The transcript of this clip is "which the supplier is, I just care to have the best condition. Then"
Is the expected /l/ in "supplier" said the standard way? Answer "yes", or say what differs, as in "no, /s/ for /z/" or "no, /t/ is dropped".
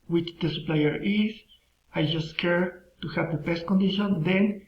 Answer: yes